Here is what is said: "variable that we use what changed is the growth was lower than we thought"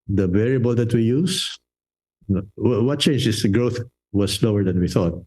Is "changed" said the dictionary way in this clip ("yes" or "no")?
no